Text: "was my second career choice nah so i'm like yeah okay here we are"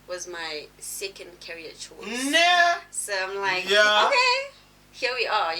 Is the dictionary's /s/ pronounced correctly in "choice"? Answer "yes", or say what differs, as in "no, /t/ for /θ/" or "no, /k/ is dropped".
no, /s/ is dropped